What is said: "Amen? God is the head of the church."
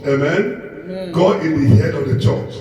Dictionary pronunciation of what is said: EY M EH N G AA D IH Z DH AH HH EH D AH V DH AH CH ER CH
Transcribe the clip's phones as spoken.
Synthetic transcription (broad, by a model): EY M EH N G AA IH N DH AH HH EH D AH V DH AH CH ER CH